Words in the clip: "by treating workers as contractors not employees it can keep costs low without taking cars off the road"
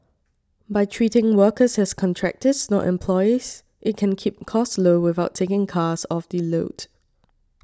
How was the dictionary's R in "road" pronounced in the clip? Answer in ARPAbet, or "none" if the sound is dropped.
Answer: L